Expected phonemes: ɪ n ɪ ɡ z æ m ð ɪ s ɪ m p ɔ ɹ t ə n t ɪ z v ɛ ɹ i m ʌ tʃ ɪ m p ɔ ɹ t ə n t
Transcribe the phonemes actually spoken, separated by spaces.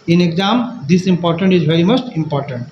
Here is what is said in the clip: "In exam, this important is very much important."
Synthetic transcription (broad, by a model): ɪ n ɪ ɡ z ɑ m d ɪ s ɪ m p ɔ ɹ t ə n t ɪ z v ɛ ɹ i m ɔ s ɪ m p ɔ ɹ t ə n t